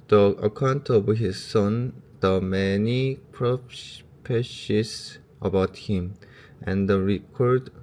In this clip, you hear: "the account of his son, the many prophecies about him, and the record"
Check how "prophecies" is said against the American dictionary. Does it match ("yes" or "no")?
no